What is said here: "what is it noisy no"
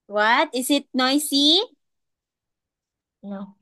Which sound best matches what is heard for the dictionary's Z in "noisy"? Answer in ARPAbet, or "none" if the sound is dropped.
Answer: S